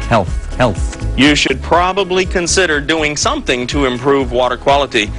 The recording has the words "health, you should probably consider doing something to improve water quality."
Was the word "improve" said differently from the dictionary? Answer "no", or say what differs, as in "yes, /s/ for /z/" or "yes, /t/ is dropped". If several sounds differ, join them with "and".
no